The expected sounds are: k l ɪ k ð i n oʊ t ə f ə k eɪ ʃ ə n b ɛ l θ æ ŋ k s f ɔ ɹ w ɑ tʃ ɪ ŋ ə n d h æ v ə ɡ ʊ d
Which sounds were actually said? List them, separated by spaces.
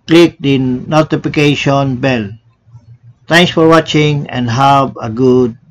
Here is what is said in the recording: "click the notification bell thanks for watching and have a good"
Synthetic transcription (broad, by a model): k l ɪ k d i n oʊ t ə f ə k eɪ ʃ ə n b ɛ l t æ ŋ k s f ɔ ɹ w ɑ tʃ ɪ ŋ ə n d h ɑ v ə ɡ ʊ d